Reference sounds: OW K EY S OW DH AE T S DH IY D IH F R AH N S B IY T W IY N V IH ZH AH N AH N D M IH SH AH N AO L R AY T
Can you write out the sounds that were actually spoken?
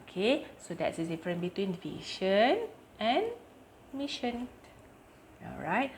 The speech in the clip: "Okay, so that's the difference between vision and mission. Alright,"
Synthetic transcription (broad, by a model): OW K EY S OW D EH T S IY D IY F R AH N B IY T W IY N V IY SH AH N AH N M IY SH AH N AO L R AY T